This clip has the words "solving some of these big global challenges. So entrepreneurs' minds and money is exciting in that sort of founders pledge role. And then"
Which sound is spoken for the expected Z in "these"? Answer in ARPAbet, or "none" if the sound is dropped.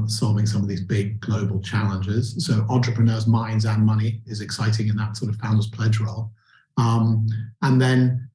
Z